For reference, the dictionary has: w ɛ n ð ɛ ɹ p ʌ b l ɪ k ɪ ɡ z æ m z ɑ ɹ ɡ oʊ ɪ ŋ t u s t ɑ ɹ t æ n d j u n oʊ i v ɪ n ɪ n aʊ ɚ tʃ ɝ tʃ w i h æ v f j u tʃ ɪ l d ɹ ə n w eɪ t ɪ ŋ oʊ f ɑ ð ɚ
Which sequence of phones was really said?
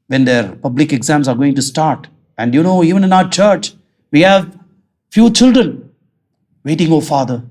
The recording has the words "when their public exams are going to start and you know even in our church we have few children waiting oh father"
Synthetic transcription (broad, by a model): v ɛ n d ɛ ɹ p ʌ b l ɪ k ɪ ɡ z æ m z ɑ ɹ ɡ oʊ ɪ ŋ t u s t ɑ ɹ t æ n d j u n oʊ i v ɪ n ɪ n aʊ ɚ tʃ ɝ tʃ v i h æ v f j u tʃ ɪ l d ɹ ə n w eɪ t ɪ ŋ oʊ f ɑ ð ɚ